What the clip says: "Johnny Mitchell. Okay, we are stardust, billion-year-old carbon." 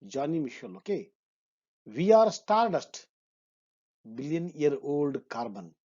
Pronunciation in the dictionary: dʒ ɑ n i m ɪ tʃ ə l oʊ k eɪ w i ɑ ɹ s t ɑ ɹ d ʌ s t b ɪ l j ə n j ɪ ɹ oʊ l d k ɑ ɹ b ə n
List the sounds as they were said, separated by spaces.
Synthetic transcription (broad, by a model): dʒ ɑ n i m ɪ ʃ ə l oʊ k eɪ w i ɑ ɹ s t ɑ ɹ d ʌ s t b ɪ l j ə n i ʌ ɹ oʊ l d k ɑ ɹ b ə n